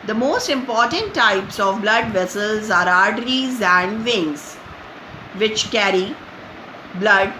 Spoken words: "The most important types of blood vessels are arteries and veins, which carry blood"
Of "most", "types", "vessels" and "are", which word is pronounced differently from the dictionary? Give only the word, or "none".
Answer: none